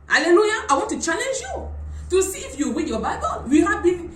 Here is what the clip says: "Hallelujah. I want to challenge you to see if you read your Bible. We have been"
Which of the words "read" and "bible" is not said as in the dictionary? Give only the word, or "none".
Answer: read